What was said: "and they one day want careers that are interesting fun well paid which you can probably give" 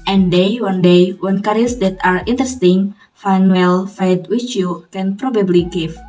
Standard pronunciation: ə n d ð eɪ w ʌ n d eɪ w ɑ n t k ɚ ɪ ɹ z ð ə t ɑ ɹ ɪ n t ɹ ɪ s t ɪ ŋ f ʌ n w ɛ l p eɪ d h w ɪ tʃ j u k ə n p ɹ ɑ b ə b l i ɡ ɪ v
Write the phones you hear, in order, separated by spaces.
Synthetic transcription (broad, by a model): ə n d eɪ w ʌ n d eɪ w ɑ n k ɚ ɹ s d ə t ɑ ɹ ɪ n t ɹ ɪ s t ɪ ŋ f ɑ n w ɛ l f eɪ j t w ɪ tʃ j u k ə n p ɹ ɑ b ə b l i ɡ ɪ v